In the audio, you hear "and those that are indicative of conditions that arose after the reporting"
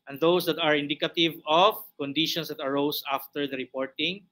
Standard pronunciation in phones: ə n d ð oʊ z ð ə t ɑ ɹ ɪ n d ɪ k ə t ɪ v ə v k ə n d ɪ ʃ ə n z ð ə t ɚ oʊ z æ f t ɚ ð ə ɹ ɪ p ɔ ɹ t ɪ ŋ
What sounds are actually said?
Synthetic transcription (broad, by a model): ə n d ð oʊ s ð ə t ɑ ɹ ɪ n d ɪ k ə t ɪ v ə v k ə n d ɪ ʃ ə n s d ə t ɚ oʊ s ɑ f t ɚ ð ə ɹ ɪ p ɔ ɹ t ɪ ŋ